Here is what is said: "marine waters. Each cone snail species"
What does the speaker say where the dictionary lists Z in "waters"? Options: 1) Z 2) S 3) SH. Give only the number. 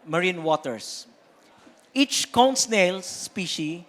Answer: 2